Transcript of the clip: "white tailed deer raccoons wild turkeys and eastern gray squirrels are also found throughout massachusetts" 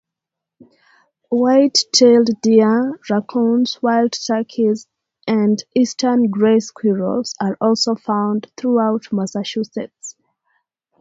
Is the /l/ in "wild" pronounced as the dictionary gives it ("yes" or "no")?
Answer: yes